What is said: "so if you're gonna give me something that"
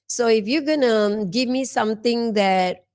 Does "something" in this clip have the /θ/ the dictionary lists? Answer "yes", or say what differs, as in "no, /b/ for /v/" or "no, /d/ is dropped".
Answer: no, /t/ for /θ/